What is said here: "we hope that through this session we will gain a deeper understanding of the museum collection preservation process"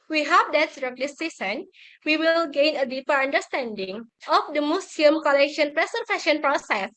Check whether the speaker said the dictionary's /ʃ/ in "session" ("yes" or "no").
no